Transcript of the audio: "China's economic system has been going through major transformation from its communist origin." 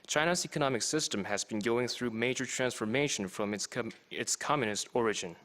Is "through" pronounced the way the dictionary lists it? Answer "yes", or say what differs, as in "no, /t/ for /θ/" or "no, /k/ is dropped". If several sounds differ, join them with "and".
yes